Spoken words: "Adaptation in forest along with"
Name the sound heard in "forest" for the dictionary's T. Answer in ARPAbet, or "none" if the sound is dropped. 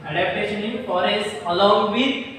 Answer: none